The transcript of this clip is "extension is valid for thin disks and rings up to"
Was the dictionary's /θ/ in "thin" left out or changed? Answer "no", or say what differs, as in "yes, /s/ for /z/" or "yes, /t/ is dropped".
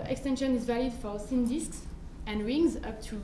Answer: yes, /s/ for /θ/